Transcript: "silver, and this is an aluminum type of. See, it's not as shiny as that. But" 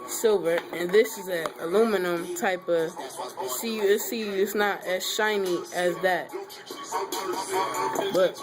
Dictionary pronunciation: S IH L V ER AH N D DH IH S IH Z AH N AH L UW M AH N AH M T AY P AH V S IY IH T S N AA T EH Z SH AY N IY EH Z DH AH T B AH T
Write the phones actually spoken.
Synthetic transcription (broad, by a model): S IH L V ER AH N DH IH S IH Z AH AH L UW M AH N AH M T AY P AH V S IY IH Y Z N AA T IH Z SH AY N IY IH Z DH AH T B AH T